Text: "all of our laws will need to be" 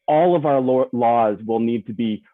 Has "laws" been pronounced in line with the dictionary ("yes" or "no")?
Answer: yes